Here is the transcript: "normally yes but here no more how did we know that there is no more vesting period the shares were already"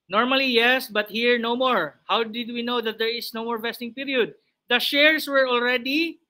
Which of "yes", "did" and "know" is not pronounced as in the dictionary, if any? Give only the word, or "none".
none